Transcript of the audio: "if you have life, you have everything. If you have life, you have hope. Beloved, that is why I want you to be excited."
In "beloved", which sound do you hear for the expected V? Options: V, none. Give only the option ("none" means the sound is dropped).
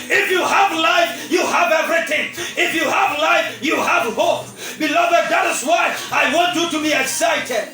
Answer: V